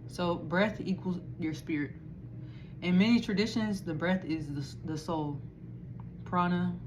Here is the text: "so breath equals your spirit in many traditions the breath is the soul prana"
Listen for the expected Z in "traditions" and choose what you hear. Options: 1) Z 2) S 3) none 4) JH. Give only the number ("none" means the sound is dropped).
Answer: 1